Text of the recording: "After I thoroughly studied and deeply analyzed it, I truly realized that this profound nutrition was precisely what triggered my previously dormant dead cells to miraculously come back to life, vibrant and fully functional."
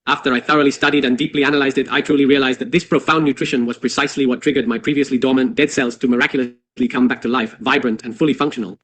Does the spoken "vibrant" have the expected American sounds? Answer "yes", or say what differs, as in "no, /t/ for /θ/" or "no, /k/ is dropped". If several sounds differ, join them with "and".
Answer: yes